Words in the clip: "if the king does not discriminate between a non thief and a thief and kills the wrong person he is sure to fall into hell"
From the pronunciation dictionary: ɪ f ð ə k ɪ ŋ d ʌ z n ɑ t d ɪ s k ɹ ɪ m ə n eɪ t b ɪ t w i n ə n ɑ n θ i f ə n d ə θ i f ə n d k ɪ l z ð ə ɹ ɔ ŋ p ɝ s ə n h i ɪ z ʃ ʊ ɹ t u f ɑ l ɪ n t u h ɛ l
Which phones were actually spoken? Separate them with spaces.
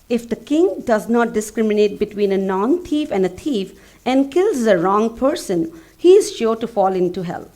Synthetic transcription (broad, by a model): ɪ f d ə k ɪ ŋ d ʌ z n ɑ t d ɪ s k ɹ ɪ m ə n eɪ t b ɪ t w i n ə n ɑ n t i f ə n d ə t i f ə n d k ɪ l z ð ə ɹ ɔ ŋ p ɝ s ə n h i ɪ z ʃ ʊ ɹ t u f ɑ l ɪ n t u h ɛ l